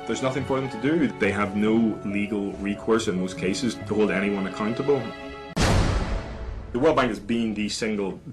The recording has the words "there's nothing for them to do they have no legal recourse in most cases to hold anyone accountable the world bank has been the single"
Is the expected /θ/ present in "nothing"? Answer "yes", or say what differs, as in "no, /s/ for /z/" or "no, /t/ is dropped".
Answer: yes